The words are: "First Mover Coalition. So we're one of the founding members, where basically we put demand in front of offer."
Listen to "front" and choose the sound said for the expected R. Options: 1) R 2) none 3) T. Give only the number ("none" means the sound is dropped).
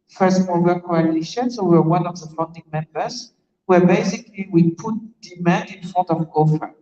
2